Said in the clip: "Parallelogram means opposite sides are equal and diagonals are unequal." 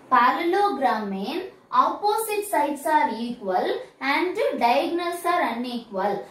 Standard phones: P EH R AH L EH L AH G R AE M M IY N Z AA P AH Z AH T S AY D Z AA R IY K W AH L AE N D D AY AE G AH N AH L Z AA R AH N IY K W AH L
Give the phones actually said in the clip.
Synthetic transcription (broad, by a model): P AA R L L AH G R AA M M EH N AA P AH S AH T S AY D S AA R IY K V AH L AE N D D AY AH G N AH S AA R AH N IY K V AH L